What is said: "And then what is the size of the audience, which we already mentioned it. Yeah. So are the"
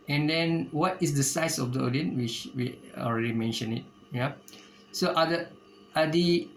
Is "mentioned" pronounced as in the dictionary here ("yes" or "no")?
no